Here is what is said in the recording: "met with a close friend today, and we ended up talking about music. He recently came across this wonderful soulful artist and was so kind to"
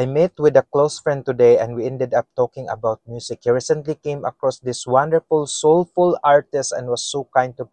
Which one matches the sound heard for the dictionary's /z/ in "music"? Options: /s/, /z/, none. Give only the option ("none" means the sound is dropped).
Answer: /s/